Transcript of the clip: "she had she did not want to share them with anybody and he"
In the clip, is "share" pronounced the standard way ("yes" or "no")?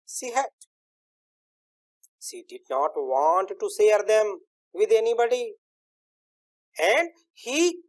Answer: no